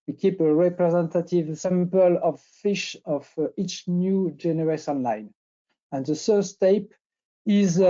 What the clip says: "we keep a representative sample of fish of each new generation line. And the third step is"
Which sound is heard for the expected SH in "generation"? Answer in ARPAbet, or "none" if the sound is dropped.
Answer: S